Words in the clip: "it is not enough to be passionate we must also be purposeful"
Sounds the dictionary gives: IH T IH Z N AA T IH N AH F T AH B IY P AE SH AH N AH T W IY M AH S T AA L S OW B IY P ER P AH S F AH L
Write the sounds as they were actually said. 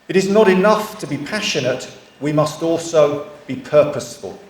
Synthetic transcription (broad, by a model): IH T IH Z N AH T IH N AH F T AH B IY P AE SH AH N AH T W IY M AH S T AA L S OW B IY P ER P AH S F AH L